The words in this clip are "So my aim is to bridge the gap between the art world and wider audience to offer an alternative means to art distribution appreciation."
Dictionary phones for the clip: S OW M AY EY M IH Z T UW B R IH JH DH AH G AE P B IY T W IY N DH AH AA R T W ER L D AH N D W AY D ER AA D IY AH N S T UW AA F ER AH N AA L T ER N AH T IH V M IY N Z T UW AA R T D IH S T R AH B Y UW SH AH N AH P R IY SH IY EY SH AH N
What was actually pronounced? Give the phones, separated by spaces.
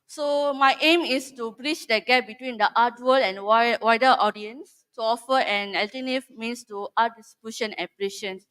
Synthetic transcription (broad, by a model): S OW M AY EY M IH S T UW B R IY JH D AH G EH P B IY T W IY N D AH AA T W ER L AH N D W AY D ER AA D IY AH N S T UW AA F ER AH N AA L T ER N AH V M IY N S T UW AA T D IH S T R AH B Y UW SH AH N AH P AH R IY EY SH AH N